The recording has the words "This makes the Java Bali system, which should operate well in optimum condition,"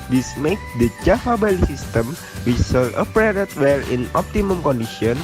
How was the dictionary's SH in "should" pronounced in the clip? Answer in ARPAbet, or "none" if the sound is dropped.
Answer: S